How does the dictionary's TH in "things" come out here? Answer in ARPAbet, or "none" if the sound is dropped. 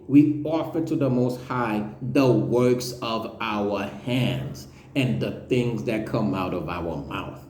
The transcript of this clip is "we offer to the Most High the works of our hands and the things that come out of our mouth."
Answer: TH